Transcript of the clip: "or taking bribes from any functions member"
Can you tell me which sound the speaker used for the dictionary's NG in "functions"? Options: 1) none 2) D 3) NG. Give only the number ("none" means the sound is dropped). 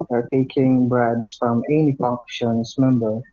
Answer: 1